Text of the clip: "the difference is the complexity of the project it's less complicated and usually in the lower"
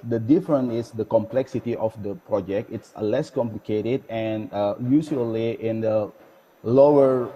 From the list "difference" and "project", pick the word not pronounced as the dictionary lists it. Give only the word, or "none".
difference